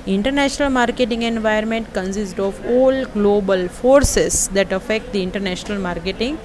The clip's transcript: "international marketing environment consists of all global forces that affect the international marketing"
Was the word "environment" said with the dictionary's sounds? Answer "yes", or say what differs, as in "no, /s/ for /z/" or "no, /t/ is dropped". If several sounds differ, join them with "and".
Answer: no, /ɹ/ is dropped